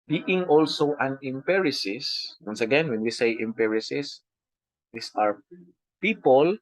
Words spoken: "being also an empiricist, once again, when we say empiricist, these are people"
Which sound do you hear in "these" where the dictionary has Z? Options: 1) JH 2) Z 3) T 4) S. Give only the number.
4